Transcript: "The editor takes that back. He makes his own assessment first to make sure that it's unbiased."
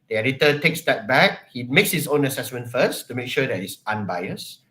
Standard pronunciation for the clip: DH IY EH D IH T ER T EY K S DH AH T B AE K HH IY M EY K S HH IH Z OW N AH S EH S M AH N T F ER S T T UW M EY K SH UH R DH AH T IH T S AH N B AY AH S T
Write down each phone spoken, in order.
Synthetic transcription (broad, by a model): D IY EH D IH T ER T EY K S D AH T B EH K HH IY M EY K S HH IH S OW N AH S EH S M AH N T F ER S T T UW M EY K SH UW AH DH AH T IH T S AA N B AY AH S